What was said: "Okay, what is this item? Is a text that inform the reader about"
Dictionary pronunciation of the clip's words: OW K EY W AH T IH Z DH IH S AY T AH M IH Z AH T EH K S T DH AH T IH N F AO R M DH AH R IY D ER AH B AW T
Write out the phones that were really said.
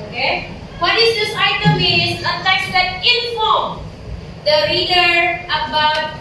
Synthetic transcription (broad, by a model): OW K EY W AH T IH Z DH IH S AY T AH M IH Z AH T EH S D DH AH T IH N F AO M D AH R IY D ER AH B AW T